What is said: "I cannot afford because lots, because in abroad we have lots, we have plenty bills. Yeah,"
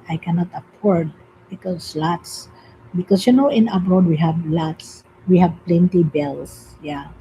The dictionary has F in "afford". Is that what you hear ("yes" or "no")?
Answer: no